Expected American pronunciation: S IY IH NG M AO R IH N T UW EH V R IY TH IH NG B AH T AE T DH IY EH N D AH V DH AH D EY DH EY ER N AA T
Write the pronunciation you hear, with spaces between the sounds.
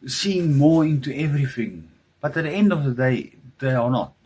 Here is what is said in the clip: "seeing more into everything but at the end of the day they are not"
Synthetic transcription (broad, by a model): S IY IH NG M AO R IH N T UW EH V R IY TH IH NG B AH T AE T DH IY EH N D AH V DH AH D EY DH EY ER N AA T